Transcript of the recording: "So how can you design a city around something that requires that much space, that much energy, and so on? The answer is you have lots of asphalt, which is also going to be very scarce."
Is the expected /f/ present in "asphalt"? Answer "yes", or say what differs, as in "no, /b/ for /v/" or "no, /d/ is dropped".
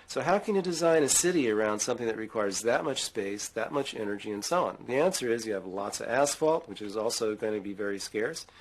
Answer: yes